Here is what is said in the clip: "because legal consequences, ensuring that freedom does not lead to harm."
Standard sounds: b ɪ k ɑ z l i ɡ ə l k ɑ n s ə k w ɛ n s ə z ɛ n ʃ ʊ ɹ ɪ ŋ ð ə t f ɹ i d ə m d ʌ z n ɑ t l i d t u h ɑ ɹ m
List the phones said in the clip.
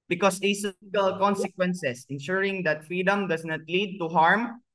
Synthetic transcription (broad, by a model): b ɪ k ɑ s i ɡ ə l k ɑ n s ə k w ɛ n s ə s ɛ n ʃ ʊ ɹ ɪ ŋ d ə t f ɹ i d ə m d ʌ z n ɑ t l i d t u h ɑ ɹ m